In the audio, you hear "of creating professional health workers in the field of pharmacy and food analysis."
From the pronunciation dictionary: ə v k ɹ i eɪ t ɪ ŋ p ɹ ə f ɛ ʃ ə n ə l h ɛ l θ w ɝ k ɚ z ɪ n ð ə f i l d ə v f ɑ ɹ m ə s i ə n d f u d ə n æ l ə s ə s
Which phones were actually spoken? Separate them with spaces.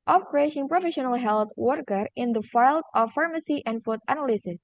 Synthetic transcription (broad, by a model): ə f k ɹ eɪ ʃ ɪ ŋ p ɹ ə f ɛ ʃ ə n ə l h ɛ l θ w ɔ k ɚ ɪ n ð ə f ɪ l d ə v f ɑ ɹ m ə s i ə n d f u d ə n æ l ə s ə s